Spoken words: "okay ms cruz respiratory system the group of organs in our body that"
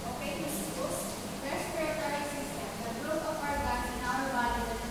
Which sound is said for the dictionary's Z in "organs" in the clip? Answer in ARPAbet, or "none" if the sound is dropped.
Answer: none